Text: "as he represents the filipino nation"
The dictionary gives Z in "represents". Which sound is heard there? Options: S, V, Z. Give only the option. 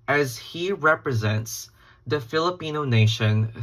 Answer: Z